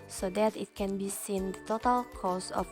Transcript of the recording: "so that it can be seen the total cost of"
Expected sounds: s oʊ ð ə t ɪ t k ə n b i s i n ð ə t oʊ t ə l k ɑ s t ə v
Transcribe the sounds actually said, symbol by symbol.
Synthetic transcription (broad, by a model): s oʊ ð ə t ɪ t k ə n b i s i n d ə t oʊ t ə l k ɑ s ə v